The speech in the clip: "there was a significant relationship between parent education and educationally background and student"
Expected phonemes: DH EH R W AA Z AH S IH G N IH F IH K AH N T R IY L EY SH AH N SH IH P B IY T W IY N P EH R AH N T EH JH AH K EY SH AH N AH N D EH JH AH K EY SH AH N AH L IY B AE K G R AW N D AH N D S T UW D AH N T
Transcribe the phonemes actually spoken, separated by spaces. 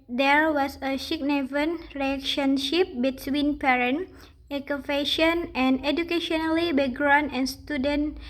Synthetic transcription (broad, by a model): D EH R W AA S AH SH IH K N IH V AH N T R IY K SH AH N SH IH P B IY T W IY N P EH R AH N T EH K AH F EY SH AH N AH N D EH JH AH K EY SH AH N AH L IY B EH G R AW N AH N S T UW D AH N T